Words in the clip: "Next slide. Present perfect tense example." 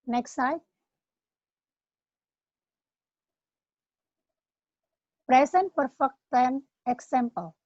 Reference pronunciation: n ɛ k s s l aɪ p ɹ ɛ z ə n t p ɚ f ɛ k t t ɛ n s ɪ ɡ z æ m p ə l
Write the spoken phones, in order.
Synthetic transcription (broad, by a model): n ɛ k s s aɪ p ɹ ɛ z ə n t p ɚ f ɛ k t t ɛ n ɪ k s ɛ m p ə l